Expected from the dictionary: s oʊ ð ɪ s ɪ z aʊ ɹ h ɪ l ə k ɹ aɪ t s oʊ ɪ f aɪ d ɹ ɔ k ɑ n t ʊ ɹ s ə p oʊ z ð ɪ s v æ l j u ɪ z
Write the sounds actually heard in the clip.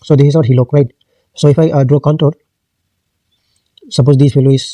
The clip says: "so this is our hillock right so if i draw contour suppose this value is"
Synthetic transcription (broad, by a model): s oʊ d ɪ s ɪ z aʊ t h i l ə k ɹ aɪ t s oʊ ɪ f aɪ d ɹ ɔ k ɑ n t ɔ l s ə p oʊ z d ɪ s p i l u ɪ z